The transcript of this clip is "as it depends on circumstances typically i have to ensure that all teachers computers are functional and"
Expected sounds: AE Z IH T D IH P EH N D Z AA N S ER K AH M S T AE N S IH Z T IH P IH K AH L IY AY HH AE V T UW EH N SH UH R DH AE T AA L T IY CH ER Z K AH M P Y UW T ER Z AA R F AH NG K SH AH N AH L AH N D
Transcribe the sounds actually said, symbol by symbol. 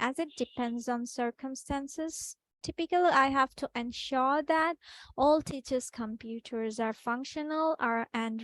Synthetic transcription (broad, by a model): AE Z IH T D IH P EH N D Z AA N S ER K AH M S T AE N S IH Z T IH P IH K AH L IY AY HH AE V T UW EH N SH UH R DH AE T AA L T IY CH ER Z K AH M P Y UW T ER Z AA R F AH NG K SH AH N AH L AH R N